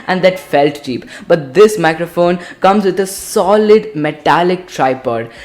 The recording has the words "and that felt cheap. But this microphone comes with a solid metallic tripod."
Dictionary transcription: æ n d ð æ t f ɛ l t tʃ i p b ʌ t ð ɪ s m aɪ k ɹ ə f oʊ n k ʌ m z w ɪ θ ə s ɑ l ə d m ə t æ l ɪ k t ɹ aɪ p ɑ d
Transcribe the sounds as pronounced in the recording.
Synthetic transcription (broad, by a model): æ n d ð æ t f ɛ l t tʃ i p b ʌ t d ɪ s m aɪ k ɹ ə f oʊ n k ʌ m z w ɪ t ə s ɑ l ə d m ə t æ l ɪ k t ɹ aɪ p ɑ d